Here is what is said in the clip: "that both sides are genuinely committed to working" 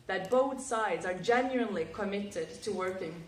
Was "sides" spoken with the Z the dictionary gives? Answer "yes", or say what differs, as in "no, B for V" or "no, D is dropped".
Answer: yes